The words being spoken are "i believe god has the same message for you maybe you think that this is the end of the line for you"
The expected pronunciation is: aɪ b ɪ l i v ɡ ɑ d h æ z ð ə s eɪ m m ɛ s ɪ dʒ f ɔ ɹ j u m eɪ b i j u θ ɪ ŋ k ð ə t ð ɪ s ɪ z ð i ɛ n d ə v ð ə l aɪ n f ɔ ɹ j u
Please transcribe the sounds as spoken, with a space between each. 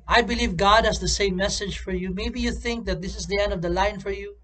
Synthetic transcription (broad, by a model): aɪ b ɪ l i v ɡ ɑ d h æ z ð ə s eɪ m m ɛ s ɪ dʒ f ɔ ɹ j u m eɪ b i j u θ ɪ ŋ k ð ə t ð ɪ s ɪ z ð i ɛ n d ə v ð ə l aɪ n f ɔ ɹ j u